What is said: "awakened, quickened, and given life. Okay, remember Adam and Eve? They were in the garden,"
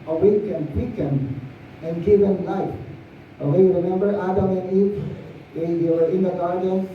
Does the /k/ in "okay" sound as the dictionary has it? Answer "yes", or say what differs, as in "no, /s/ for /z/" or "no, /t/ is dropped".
no, /k/ is dropped